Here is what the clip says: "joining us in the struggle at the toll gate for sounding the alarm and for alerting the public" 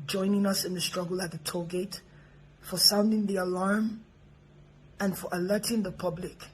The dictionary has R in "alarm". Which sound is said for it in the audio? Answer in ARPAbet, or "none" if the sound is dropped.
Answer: R